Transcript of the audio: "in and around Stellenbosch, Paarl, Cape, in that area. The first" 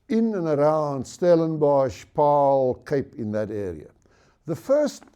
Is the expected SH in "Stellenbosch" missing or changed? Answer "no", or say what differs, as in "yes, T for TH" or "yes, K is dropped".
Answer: no